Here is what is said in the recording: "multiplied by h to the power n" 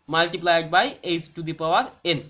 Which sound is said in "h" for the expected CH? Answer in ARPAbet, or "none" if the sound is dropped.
S